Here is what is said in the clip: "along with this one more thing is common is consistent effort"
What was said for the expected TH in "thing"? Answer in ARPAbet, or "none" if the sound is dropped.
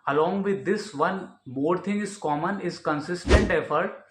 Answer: T